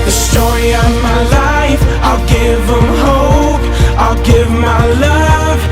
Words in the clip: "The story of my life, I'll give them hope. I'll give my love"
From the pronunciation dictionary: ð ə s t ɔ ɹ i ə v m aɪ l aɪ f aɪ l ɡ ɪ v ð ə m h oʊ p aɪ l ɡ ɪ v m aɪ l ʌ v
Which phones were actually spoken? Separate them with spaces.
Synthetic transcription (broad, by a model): ð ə s t ɔ ɹ i ə v m aɪ l aɪ f aɪ l ɡ ɪ v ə m h oʊ p aɪ l ɡ ɪ v m aɪ l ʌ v